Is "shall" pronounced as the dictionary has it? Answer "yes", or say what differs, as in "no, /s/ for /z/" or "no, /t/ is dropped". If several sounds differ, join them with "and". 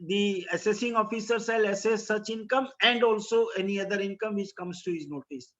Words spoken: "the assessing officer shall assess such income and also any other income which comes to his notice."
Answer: no, /s/ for /ʃ/